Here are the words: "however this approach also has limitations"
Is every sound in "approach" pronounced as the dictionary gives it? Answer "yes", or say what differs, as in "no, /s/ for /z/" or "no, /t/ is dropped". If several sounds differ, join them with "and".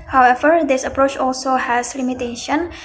yes